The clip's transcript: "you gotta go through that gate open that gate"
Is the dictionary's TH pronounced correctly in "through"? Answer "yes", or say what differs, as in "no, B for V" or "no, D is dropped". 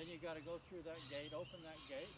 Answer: yes